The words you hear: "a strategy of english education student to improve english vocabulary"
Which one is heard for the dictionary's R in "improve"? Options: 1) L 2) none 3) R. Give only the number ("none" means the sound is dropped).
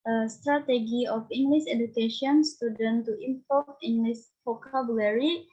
2